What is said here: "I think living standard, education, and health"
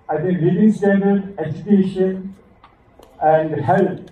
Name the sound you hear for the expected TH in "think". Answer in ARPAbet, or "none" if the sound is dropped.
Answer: T